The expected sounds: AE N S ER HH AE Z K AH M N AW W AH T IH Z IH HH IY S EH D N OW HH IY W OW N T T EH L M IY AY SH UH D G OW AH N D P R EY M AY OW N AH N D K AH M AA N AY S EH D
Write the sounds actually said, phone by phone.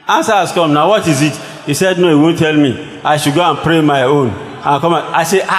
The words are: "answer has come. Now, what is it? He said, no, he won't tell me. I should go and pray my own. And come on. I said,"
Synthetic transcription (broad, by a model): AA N S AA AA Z K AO M N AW W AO T IH Z IH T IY S EH D N OW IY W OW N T T EH L M IY AY SH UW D G OW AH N P R EY M AY OW N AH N K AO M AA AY S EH